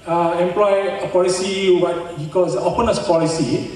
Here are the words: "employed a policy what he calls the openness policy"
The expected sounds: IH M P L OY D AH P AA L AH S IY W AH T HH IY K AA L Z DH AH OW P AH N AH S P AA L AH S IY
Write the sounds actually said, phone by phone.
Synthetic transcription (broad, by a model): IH M P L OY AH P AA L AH S IY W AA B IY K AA Z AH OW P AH N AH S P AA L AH S IY